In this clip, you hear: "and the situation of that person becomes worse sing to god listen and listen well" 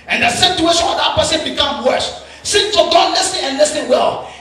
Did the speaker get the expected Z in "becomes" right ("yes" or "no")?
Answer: no